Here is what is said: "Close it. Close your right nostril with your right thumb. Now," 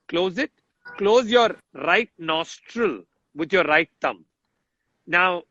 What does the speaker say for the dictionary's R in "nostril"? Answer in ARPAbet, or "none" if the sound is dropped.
R